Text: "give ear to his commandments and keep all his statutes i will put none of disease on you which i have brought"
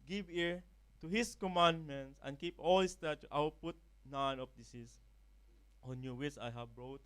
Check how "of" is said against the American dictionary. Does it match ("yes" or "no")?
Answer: no